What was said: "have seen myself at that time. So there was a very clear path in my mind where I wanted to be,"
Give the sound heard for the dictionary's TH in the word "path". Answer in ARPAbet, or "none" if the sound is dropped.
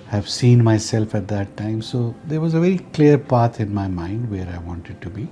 T